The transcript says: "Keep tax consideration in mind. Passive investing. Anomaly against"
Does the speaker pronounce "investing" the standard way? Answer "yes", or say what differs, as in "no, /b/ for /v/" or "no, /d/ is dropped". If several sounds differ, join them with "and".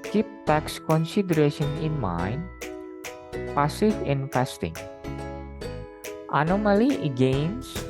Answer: no, /f/ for /v/